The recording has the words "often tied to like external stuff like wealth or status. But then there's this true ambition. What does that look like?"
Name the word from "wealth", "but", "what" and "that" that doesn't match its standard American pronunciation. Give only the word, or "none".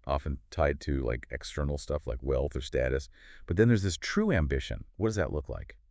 none